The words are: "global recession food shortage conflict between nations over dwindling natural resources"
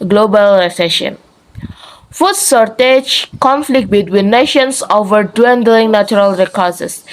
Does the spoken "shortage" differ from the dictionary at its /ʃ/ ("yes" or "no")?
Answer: yes